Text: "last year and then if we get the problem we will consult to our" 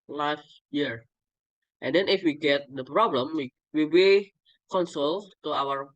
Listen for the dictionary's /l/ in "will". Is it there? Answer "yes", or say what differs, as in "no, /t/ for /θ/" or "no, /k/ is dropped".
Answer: no, /w/ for /l/